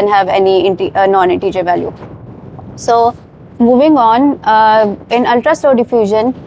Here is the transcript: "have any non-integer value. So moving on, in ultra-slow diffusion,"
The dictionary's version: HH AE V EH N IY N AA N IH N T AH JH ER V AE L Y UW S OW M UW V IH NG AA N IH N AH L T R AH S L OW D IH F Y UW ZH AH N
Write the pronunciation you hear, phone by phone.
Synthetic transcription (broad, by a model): HH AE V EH N IY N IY N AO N T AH JH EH V AE L Y UW S OW M UW V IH NG AA N IH N AH L T R AH S L OW D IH F Y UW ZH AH N